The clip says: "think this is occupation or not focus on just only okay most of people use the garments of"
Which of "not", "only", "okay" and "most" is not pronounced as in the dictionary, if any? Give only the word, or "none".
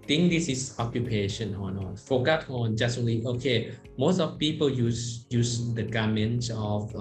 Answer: only